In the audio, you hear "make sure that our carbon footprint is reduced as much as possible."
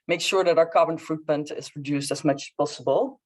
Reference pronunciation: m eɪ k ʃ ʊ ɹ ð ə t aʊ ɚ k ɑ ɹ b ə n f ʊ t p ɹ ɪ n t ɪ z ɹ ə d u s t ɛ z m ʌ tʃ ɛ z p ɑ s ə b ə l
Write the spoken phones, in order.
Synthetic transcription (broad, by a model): m eɪ k ʃ ʊ ɹ ð ə t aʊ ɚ k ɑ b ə n f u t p ɪ n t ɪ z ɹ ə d u s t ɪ z m ʌ tʃ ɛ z p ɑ s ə b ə l